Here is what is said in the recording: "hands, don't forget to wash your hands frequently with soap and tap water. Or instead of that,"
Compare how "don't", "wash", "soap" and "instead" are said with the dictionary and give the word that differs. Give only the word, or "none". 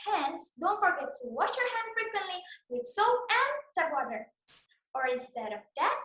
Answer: soap